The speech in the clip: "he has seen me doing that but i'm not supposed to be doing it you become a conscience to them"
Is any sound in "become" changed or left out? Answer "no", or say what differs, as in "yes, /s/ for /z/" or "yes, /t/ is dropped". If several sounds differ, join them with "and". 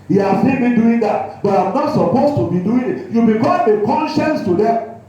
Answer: yes, /m/ is dropped